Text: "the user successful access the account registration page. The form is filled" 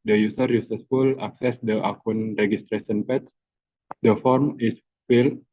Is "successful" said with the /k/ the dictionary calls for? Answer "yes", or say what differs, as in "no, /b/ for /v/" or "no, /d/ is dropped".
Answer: no, /k/ is dropped